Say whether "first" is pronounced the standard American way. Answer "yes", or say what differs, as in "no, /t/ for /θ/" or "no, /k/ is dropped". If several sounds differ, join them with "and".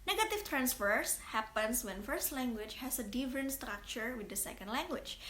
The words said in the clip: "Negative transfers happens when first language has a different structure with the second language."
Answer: yes